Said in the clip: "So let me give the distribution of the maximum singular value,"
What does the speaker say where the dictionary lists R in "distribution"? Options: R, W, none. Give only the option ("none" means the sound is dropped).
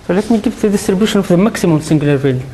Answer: R